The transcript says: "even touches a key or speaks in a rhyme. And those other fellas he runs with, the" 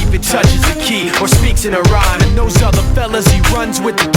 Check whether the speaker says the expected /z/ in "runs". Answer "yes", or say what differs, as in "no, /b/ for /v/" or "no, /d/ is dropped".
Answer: yes